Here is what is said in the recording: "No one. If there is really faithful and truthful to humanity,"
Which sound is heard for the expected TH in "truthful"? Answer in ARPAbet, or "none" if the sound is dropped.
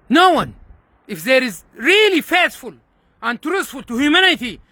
T